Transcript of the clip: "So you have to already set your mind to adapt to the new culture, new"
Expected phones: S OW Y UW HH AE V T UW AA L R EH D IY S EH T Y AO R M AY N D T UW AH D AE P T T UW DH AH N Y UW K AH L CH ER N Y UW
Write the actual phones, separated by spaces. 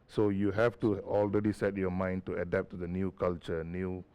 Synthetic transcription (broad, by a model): S OW Y UW HH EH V T UW AA L R EH D IY S EH T Y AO M AY N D T UW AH D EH P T T UW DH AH N Y UW K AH L CH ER N Y UW